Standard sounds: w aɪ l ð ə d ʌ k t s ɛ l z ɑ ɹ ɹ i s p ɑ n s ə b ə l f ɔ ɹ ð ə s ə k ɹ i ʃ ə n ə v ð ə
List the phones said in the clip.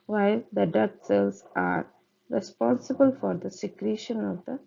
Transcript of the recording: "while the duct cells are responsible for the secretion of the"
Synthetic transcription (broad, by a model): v aɪ l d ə d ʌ t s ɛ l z ɑ ɹ ɹ i s p ɑ n s ə b ə l f ɔ ɹ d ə s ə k ɹ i ʃ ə n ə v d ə